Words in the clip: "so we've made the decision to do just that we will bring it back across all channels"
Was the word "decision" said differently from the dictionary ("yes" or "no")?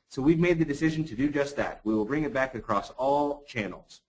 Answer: no